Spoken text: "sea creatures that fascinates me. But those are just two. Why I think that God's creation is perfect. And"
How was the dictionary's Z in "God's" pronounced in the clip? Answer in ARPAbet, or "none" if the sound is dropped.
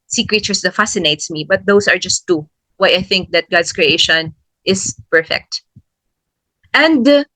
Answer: S